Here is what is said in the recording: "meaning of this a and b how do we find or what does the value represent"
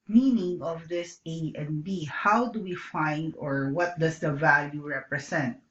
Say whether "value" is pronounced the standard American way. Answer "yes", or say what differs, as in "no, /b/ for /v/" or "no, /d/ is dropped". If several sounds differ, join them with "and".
yes